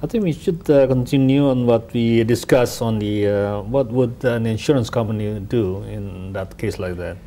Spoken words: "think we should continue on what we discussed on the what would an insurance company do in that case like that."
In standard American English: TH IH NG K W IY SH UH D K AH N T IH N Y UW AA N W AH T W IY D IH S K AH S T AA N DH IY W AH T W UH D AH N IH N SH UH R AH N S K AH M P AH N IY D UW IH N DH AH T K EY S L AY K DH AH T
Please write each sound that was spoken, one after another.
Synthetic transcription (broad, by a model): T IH NG K W IY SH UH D K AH N T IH N Y UW AA N W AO T W IY D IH S K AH S AA N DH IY W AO T W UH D AH N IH N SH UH R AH N S K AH M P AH N IY D UW IH N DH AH T K EY S L AY K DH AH T